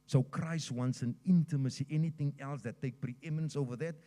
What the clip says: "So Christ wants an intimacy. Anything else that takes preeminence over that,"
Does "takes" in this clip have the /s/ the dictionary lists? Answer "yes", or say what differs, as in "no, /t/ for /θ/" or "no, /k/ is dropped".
no, /s/ is dropped